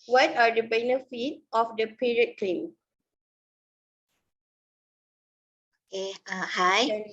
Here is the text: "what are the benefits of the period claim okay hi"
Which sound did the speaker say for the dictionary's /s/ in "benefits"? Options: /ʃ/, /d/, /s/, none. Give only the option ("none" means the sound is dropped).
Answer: none